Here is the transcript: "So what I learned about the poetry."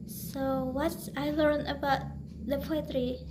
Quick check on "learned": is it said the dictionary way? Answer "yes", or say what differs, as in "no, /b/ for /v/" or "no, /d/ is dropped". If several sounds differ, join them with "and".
no, /d/ is dropped